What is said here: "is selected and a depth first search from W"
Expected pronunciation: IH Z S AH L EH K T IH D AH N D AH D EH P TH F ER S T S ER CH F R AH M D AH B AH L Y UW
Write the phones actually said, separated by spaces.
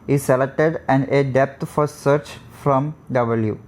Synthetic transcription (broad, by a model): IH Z S AH L EH K T IH D AH N D AH D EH P T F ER T S ER CH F R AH M D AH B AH L Y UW